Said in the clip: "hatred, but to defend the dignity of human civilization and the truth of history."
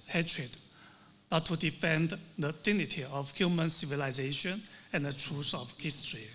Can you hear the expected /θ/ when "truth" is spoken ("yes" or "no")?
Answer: no